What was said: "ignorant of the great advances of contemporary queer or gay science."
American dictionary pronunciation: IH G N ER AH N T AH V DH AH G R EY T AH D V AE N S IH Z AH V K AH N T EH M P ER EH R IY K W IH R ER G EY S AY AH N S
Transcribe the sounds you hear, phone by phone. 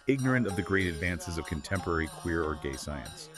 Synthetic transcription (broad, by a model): IH G N ER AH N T AH V DH AH G R EY T AH D V AE N S IH Z AH V K AH N T EH M P ER EH R IY K W IH R ER G EY S AY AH N S